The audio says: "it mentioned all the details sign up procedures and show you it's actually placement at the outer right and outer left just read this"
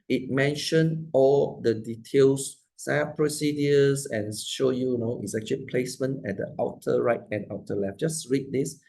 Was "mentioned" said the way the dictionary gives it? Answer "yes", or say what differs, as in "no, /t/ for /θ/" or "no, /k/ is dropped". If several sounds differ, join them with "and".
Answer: no, /d/ is dropped